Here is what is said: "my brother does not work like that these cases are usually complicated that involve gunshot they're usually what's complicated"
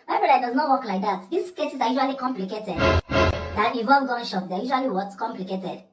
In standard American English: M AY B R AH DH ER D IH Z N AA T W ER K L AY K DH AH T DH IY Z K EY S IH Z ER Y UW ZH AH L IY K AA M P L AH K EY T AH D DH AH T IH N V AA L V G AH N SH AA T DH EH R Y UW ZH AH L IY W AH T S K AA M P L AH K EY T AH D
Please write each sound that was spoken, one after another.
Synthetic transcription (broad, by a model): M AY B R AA ER D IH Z N AA T W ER K L AY K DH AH T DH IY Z K EY S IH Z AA Y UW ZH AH L IY K AA M P L AH K EY T AH D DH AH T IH V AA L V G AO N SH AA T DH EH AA Y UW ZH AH L IY W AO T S K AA M P L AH K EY T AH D